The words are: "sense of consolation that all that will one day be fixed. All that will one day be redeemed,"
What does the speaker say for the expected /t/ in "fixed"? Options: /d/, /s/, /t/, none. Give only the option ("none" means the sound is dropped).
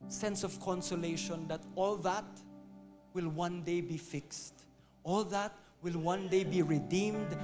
/t/